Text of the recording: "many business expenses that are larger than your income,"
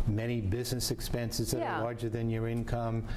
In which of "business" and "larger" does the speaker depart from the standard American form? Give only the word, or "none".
none